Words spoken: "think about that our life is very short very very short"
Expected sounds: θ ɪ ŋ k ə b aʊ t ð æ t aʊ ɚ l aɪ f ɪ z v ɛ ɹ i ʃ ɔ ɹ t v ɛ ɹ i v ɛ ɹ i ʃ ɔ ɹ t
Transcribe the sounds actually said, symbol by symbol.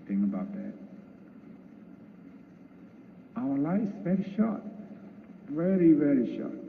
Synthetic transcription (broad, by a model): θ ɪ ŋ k ə b aʊ t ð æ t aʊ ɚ l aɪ ɪ s v ɛ ɹ i ʃ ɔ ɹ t v ɛ ɹ i v ɛ ɹ i ʃ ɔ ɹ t